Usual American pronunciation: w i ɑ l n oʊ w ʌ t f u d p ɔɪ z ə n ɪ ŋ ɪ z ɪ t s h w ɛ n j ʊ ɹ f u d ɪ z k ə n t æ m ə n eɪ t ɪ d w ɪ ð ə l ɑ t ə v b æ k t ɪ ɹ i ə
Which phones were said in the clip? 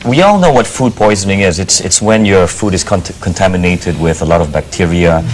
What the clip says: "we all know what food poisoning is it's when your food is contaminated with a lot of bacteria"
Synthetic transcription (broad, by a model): w i ɑ l n oʊ w ʌ t f u d p ɔɪ z ə n ɪ ŋ ɪ z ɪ t s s w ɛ n j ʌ ɹ f u d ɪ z k ə n t æ m ə n eɪ t ɪ d w ɪ ð ə l ɑ t ə v b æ k t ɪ ɹ i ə